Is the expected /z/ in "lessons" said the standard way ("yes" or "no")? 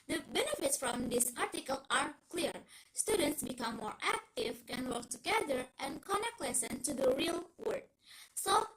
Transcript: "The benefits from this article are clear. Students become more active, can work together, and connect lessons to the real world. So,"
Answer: no